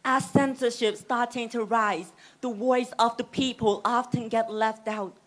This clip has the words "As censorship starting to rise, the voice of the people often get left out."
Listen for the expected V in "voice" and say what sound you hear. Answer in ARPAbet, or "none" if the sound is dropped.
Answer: W